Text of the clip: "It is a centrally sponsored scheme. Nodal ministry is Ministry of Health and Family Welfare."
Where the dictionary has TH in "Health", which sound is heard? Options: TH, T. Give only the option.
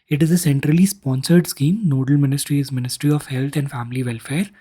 T